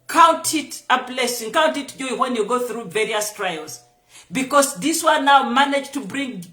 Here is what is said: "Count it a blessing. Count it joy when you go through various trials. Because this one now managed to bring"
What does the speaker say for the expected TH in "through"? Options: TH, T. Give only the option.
TH